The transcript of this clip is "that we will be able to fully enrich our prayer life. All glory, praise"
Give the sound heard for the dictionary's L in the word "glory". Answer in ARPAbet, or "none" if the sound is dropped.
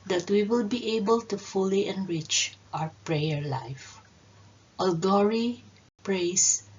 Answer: none